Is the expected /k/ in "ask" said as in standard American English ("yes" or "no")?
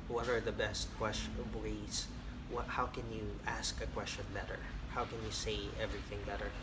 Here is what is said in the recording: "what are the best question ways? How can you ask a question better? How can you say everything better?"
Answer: yes